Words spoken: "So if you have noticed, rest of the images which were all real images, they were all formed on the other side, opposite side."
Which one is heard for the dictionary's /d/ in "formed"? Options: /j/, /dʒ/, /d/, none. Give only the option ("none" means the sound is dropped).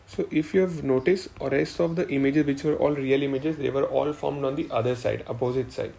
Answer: /d/